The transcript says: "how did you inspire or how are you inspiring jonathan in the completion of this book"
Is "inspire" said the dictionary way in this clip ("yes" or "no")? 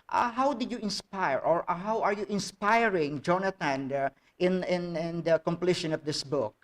yes